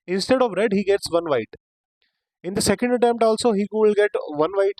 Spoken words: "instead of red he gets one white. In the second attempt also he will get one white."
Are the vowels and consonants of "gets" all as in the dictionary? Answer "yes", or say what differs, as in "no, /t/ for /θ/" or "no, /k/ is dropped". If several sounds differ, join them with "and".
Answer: yes